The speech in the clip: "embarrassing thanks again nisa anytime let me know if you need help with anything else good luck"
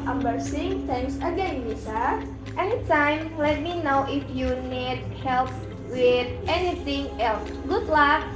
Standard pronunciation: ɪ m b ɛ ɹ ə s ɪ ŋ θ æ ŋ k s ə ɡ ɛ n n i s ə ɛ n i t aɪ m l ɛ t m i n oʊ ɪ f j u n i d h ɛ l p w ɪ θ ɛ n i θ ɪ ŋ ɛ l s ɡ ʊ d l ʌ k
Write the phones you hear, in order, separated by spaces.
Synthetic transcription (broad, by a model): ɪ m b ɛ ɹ s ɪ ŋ t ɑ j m s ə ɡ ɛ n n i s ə ɛ n i t aɪ m l ɛ t m i n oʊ ɪ f j u n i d h ɛ l p w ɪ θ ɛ n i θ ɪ ŋ ɛ l s ɡ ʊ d l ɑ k